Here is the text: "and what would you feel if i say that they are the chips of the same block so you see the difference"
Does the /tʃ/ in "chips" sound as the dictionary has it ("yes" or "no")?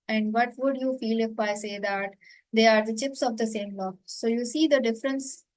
yes